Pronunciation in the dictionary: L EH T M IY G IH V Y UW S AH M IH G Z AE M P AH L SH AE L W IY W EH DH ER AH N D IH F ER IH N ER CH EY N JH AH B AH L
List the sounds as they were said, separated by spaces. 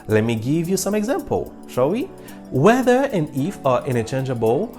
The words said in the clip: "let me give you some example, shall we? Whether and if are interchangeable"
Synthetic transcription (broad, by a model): L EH T M IY G IH V Y UW S AH M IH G Z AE M P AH L SH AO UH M IY W EH DH ER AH N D IH F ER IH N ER CH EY N JH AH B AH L